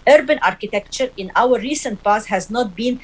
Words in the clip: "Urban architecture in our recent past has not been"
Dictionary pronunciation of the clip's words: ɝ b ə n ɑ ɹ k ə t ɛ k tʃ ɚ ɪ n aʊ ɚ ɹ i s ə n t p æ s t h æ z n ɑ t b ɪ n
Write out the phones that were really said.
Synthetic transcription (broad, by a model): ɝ b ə n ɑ ɹ k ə t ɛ k tʃ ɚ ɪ n aʊ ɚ ɹ i s ə n t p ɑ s h æ z n ɑ t b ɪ n